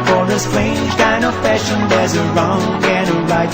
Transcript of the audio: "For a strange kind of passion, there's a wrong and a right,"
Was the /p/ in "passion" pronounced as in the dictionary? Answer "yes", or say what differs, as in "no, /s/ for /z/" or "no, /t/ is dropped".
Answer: no, /f/ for /p/